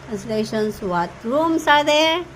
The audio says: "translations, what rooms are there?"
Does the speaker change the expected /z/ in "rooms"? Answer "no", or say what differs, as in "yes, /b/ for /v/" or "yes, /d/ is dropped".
yes, /s/ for /z/